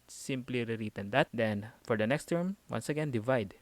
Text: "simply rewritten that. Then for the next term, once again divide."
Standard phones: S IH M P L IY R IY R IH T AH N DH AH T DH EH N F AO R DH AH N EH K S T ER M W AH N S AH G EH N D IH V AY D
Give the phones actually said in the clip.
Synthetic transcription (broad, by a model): S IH M P L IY R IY R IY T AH N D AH T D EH N F AO R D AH N EH K S T ER M W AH N S AH G EH N D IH V AY D